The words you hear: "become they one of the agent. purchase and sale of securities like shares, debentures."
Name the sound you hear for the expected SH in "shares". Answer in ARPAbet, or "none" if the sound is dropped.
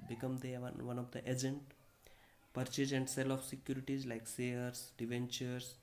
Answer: S